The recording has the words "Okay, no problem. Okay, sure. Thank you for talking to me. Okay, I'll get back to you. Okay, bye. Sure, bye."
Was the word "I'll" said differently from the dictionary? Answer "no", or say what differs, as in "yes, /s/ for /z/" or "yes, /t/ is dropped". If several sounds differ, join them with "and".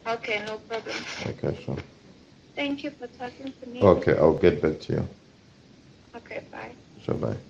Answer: yes, /w/ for /l/